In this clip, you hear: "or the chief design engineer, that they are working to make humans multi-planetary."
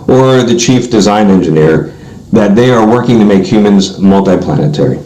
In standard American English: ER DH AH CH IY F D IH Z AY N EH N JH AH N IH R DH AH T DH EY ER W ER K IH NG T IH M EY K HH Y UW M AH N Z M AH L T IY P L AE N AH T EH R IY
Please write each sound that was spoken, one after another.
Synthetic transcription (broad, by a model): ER DH AH CH IY F D IH Z AY N EH N JH AH N IH R DH AH T DH EY ER W ER K IH NG T IH M EY K HH Y UW M AH N Z M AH L T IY P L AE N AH T EH R IY